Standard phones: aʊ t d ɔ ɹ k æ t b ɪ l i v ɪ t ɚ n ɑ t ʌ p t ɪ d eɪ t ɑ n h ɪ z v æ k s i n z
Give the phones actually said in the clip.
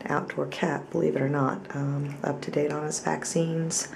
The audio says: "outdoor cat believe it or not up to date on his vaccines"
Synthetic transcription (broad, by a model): aʊ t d ɔ ɹ k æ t b ɪ l i v ɪ t ɚ n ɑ t ʌ p t ɪ d eɪ t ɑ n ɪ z v æ k s i n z